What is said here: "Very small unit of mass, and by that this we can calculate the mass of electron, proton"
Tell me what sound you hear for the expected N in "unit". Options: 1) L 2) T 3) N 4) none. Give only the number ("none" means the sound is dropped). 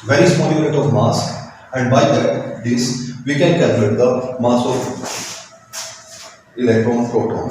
4